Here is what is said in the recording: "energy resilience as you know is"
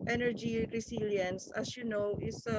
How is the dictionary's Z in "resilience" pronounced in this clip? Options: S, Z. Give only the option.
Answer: S